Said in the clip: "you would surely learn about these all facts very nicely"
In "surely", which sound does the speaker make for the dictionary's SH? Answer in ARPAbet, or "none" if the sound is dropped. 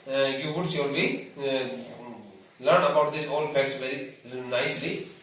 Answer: S